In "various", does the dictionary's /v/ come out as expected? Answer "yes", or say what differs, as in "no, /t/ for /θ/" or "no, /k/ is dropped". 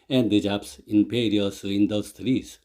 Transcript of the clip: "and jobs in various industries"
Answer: no, /p/ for /v/